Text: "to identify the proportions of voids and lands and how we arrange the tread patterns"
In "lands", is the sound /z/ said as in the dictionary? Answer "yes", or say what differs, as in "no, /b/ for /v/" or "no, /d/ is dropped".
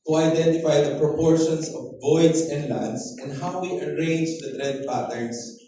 no, /s/ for /z/